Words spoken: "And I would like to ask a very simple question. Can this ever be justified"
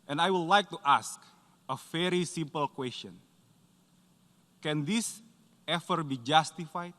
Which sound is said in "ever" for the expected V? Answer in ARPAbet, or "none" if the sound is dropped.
F